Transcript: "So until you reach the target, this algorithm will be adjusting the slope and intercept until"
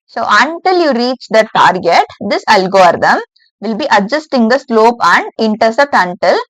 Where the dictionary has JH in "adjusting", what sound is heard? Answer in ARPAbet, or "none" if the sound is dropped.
JH